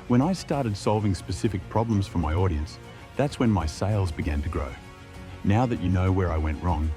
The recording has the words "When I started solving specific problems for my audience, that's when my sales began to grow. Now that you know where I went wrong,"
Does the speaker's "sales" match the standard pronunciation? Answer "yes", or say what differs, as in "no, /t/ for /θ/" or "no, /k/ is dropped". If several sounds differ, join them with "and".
yes